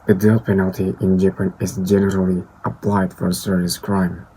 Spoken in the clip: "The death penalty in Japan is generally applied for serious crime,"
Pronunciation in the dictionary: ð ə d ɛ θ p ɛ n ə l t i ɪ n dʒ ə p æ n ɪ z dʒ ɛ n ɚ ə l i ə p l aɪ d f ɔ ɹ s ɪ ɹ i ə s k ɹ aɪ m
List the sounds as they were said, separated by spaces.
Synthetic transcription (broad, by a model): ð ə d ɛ t p ɛ n ə l t i ɪ n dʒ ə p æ n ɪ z dʒ ɛ n ɚ ə l i ə p l aɪ d f ɔ ɹ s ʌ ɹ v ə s k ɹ aɪ m